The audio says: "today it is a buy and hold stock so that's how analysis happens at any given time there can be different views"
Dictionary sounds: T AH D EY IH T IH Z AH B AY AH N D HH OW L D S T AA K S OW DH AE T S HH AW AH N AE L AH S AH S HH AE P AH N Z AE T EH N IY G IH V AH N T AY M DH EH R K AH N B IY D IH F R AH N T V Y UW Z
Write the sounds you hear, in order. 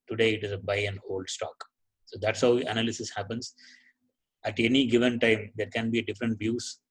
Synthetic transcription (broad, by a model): T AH D EY IH T IH Z AH B AY AH N D HH OW L D S T AA K S OW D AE T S HH AW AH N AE L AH S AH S HH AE P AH N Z AE T EH N IY G IH V AH N T AY M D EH R K AH N B IY D IH F R AH N T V Y UW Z